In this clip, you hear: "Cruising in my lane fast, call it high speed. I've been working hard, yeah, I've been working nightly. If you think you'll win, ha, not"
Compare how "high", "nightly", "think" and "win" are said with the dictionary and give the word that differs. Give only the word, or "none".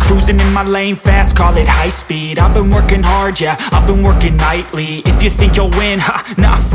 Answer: none